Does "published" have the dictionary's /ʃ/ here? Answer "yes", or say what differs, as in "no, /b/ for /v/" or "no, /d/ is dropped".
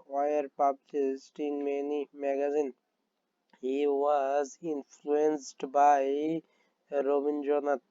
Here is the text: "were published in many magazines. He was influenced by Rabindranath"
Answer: no, /s/ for /ʃ/